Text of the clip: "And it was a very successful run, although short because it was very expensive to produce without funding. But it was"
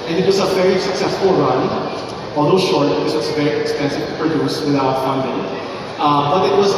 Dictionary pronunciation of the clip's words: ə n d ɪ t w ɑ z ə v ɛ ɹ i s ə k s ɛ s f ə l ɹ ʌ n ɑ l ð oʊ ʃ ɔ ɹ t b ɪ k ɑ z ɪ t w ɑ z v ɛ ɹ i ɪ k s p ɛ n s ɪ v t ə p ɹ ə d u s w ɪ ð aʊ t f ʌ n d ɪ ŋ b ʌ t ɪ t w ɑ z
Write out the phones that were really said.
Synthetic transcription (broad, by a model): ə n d ɪ t w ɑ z ə v ɛ ɹ i s ə k s ɛ s f ə l ɹ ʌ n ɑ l oʊ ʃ ɔ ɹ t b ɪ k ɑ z ɪ t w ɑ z v ɛ ɹ i ɪ k s p ɛ n s ɪ v p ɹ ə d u s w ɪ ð aʊ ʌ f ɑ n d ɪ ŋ b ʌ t ɪ t w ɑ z